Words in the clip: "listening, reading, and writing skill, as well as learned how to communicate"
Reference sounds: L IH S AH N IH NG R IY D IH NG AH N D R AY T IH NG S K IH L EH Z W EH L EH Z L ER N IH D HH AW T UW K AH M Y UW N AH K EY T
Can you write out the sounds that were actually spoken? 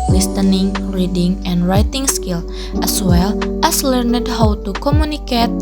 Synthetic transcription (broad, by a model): L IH S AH N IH NG R IY D IH NG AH N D R AY T IH NG S K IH L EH S W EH L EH S L ER N IH D HH AW T UW K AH M Y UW N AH K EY T